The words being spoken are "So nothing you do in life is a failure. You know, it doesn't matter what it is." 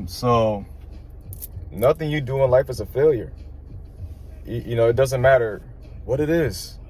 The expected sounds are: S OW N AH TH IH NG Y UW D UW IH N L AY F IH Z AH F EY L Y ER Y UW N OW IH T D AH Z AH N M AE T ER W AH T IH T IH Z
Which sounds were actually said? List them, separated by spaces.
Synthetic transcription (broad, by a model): S OW N AH TH IH NG Y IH D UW IH N L AY F IH Z AH F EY L Y ER Y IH N OW IH T D AH Z AH N M AE T ER W AH T IH T IH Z